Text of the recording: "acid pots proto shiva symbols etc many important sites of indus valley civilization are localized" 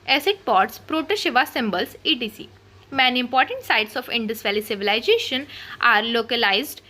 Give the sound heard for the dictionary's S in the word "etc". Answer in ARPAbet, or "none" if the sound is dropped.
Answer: none